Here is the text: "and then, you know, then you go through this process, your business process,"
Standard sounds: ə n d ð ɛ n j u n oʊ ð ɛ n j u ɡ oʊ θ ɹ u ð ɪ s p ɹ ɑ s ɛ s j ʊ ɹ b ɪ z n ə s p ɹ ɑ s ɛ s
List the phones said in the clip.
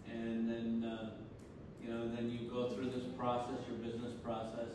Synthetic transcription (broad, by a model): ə n ð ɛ n j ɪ n oʊ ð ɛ n j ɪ ɡ oʊ θ ɹ u ð ɪ s p ɹ ɑ s ɛ s j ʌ ɹ b ɪ z n ə s p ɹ ɑ s ɛ s